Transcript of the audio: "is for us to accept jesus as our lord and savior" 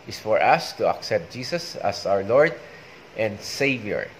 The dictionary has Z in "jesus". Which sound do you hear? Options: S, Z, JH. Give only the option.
S